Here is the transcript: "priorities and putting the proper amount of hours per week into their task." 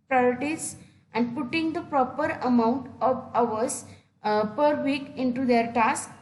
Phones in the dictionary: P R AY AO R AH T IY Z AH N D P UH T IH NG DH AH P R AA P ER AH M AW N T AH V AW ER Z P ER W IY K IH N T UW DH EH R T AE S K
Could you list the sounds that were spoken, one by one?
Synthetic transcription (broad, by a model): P R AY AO R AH T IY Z AH N D P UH T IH NG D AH P R AA P ER AH M AW N T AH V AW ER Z P ER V IY K IH N T UW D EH R T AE S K